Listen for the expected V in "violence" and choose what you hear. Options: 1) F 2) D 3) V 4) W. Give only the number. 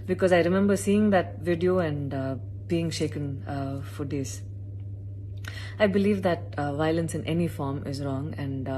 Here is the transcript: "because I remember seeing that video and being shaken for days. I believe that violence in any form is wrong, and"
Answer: 3